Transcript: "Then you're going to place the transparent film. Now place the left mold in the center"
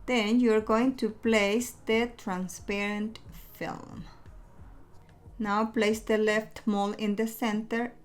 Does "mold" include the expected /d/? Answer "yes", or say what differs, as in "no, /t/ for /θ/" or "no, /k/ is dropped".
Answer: no, /d/ is dropped